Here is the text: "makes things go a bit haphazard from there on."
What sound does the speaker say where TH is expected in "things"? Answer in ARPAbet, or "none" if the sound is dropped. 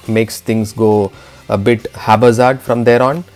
T